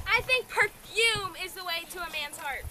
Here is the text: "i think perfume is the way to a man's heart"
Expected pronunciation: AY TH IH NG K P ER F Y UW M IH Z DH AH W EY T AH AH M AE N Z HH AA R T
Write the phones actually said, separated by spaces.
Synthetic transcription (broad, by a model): AY TH IH NG K P ER F Y UW M IH Z DH AH W EY T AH AH M AE N Z HH AA R T